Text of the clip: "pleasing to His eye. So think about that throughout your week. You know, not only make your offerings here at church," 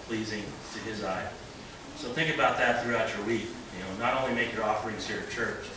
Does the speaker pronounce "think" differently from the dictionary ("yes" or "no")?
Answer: no